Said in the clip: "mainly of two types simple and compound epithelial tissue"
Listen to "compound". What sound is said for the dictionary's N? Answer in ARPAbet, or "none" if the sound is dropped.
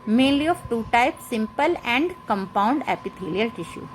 N